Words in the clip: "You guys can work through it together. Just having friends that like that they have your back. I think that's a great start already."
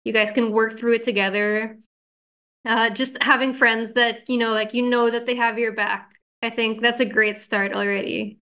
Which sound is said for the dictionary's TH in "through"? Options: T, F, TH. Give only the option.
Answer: TH